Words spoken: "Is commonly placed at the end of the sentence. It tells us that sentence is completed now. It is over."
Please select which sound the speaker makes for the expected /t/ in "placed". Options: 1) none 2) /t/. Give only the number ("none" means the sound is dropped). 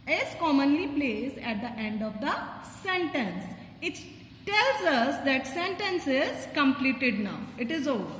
1